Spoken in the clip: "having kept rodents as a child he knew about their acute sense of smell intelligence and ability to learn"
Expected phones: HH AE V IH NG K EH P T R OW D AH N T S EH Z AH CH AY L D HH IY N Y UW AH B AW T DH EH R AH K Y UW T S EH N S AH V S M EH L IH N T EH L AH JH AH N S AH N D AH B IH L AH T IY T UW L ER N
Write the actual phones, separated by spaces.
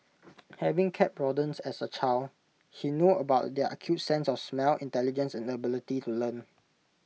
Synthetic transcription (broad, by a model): HH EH V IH NG K EH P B R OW D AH N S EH S AH CH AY L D HH IY N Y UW AH B AW T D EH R AH K Y UW T S EH N S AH F S M EH L IH N T EH L AH JH AH N S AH N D AH B IH L AH T IY T UW L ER N